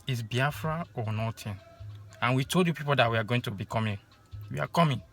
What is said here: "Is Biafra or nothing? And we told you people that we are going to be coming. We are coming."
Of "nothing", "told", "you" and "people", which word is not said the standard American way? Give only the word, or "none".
nothing